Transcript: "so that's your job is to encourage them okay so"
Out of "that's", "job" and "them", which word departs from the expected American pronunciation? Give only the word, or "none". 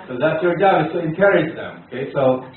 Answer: job